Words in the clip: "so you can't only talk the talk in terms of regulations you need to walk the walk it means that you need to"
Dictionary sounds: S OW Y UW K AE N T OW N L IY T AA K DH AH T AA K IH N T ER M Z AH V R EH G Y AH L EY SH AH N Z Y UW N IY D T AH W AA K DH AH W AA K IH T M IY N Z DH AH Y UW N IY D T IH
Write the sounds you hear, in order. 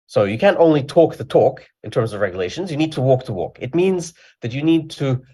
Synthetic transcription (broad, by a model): S OW Y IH K AE N T OW N L IY T AA K DH AH T AA K IH N T ER M Z AH V R EH G Y AH L EY SH AH N Z Y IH N IY D T AH W AA K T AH W AA K IH T M IY N Z DH AH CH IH N IY D T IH